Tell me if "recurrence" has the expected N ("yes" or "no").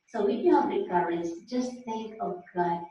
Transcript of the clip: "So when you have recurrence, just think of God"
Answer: no